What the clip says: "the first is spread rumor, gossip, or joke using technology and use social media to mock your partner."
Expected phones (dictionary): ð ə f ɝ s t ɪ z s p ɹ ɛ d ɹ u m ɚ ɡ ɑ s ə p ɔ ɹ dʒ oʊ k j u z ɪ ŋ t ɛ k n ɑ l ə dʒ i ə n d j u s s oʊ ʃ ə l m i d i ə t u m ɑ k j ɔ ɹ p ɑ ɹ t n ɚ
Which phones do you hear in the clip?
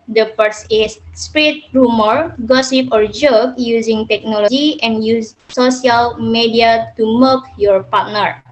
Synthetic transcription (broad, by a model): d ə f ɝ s ɪ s s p ɹ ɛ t ɹ u m ɚ ɡ ɑ s ə p ɔ ɹ dʒ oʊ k j u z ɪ ŋ t ɛ k n ɑ l ə dʒ i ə n j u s s oʊ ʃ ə l m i d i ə t u m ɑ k j ɔ ɹ p ɑ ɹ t n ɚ